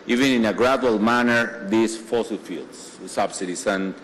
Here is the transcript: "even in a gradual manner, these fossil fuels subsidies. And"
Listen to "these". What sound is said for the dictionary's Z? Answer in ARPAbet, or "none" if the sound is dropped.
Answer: S